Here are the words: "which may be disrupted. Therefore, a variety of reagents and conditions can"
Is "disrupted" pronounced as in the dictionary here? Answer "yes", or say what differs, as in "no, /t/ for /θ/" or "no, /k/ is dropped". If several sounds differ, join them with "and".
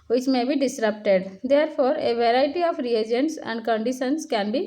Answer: yes